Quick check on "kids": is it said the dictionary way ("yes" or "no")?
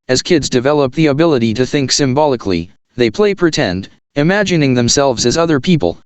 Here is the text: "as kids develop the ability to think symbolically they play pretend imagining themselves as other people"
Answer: yes